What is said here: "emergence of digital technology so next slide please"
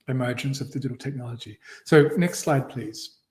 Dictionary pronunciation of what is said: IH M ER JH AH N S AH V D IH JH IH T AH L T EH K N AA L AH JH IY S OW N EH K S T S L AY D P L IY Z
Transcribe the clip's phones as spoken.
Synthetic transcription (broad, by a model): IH M ER JH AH N S AH V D IH JH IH T L T EH K N AA L AH JH IY S OW N EH K S T S L AY D P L IY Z